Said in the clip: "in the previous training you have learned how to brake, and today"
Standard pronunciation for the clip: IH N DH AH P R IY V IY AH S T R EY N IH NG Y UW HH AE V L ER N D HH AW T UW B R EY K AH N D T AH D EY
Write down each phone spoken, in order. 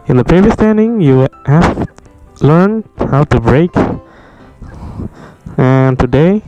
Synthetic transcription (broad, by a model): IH N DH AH P R IY V IY AH S T EY N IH NG Y UW HH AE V L ER N D HH AW T UW B R EY K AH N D T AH D EY